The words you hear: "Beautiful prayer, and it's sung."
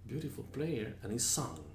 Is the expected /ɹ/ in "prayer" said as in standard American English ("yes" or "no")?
no